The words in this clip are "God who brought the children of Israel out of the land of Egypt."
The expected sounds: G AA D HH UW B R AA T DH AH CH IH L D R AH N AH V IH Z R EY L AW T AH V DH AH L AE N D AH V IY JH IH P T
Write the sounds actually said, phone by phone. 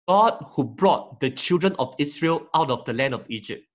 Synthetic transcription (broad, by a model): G AA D HH UW B R AA T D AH CH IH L D R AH N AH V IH S R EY L AW T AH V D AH L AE N D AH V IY JH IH P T